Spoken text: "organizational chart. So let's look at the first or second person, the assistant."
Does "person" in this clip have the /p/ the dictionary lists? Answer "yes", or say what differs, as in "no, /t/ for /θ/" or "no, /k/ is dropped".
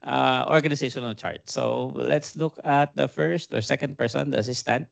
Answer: yes